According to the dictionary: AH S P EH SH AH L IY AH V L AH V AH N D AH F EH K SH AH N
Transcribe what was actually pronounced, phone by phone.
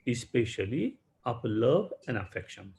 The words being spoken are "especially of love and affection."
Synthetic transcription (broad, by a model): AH S P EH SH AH L IY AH P L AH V AH N D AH F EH K SH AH N